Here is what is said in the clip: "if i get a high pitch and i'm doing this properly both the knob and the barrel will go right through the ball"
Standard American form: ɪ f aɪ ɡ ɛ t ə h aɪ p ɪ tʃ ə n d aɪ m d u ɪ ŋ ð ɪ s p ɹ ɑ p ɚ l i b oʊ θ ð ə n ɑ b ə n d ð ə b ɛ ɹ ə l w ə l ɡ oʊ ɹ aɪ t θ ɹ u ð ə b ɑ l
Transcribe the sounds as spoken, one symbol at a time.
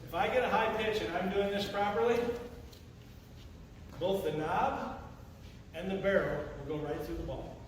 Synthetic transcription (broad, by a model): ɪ f aɪ ɡ ɛ t ə h aɪ p ɪ tʃ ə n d aɪ m d u ɪ ŋ ð ɪ s p ɹ ɑ p ɚ l i b oʊ θ ð ə n ɑ b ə n ð ə b ɛ ɹ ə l w ə l ɡ oʊ ɹ aɪ t θ ɹ u ð ə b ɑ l